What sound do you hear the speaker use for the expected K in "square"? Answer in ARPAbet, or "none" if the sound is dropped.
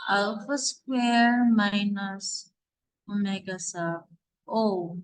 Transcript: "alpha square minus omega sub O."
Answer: K